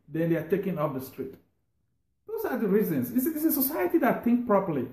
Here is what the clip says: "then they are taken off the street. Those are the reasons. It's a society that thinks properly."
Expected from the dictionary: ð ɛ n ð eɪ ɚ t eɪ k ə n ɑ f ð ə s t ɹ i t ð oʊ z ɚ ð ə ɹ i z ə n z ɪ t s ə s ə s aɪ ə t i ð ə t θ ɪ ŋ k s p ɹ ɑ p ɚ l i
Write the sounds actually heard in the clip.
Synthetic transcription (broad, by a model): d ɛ n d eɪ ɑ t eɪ k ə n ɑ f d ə s t ɹ i t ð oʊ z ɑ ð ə ɹ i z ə n s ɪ s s ə s ə s aɪ ə t i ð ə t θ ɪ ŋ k p ɹ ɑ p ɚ l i